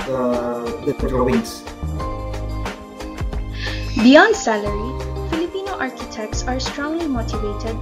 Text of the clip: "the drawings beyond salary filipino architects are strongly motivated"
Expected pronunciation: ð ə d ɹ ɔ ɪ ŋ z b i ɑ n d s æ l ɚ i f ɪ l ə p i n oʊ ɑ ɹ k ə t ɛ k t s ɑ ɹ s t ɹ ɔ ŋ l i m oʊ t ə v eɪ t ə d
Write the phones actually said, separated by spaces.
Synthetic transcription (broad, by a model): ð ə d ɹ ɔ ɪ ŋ s b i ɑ n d s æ l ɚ i f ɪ l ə p i n oʊ ɑ ɹ k ə t ɛ k t s ɑ ɹ s t ɹ ɔ ŋ l i m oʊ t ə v eɪ t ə d